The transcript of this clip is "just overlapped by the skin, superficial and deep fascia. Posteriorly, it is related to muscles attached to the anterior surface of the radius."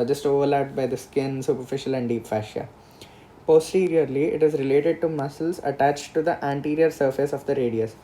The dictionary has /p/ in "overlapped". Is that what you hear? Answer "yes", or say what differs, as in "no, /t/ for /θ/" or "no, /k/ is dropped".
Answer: no, /p/ is dropped